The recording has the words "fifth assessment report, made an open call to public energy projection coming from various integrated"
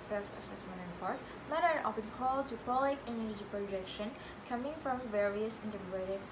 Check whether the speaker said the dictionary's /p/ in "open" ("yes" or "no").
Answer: no